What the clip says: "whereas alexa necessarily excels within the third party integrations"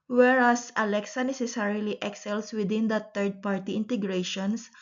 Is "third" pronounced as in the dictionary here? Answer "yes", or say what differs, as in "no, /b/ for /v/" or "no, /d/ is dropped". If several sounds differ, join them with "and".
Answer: no, /t/ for /θ/